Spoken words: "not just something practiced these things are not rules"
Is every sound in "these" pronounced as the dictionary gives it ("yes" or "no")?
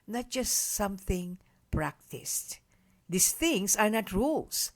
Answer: no